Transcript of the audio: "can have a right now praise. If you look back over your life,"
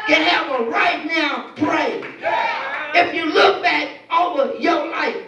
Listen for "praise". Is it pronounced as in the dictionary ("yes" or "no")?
no